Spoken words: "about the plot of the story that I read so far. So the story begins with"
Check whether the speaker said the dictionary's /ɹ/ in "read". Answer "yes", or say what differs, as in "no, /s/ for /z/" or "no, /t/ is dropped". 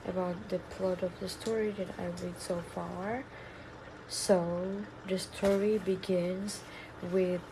no, /l/ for /ɹ/